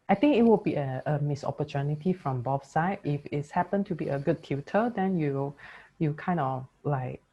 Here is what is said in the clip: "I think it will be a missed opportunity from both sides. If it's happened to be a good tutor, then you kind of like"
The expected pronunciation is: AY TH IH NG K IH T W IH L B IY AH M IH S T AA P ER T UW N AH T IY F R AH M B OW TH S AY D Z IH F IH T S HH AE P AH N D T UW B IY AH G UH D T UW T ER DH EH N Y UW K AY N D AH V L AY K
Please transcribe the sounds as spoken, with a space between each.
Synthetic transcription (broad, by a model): AY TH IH NG K IH T W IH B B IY AH M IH S AA P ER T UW N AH T IY F R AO M B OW F S AY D IH F IH T S HH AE P AH N T UW B IY AH G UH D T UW T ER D EH N Y UW K AY N D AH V L AY K